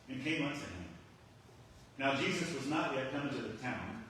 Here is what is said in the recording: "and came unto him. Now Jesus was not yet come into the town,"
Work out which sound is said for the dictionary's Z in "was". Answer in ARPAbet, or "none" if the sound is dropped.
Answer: Z